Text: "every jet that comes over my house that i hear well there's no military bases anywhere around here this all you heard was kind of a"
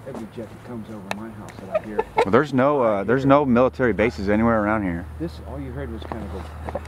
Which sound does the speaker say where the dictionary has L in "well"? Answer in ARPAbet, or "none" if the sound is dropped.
N